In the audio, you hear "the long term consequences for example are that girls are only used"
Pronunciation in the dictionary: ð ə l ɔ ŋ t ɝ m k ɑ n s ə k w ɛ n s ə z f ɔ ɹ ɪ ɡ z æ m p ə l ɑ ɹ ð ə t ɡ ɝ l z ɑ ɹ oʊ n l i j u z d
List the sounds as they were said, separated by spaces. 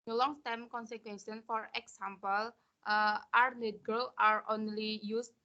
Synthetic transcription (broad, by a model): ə l ɔ ŋ t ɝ m k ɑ n s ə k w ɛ n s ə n f ɔ ɹ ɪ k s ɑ m p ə l ɑ ɹ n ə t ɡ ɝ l ɑ ɹ oʊ n l i j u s